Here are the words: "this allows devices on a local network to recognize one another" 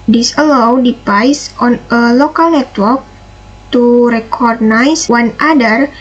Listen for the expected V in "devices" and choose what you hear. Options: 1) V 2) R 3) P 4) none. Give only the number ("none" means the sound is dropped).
3